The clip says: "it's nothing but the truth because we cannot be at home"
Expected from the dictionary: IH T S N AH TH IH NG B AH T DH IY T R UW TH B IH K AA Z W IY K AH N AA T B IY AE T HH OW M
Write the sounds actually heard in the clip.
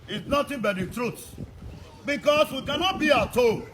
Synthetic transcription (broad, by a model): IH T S N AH T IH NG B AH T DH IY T R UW T B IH K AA S W IY K AH N AA T B IY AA T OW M